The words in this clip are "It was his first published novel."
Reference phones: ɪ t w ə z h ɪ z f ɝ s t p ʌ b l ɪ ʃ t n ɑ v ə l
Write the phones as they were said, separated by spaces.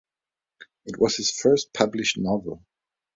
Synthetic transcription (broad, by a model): ɪ t w ə z h ɪ z f ɝ s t p ʌ b l ɪ ʃ t n ɑ v ə l